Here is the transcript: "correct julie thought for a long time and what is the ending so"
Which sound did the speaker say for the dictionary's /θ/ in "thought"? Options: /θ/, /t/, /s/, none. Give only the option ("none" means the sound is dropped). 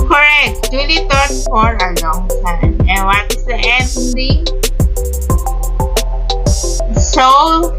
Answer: /t/